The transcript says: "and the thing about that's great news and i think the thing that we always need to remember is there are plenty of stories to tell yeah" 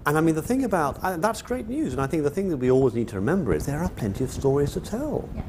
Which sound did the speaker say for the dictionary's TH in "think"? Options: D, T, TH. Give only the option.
TH